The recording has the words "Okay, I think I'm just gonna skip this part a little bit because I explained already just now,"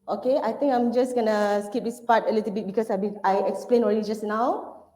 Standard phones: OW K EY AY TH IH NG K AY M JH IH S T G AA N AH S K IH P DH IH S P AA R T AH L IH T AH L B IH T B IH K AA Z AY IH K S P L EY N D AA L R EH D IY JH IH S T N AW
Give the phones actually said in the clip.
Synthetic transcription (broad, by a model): OW K EY AY T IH NG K AY M JH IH S G AA N AH S K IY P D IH S P AA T AH L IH T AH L B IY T B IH K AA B AY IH K S P L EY N AA L R EH D IY JH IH S N AW